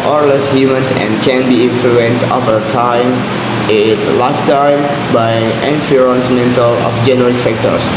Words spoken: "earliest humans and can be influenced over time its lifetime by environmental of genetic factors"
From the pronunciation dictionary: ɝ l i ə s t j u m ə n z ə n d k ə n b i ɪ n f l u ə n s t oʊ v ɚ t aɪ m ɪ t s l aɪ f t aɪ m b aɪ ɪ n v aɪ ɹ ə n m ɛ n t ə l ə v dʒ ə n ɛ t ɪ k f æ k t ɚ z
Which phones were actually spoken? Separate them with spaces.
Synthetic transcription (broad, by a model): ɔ l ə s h j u m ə n s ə n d k ə n b i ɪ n f l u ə n s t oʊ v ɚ t aɪ m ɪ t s l aɪ f t aɪ m b aɪ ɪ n f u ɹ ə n m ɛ n t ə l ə f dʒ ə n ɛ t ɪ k f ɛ k t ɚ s